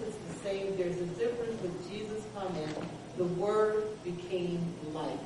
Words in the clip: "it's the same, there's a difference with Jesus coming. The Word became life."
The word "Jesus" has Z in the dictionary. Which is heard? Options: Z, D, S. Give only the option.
Z